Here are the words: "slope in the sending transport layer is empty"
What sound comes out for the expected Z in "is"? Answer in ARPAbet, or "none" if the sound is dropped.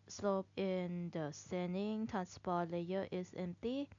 S